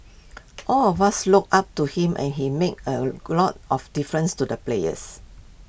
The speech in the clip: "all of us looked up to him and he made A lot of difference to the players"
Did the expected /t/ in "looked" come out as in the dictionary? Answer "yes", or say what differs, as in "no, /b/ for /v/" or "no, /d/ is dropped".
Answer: no, /t/ is dropped